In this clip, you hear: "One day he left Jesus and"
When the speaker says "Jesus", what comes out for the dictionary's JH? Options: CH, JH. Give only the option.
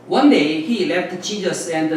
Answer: CH